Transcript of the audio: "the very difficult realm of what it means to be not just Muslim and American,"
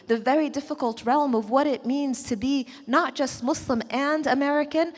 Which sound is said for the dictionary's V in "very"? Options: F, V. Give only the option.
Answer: V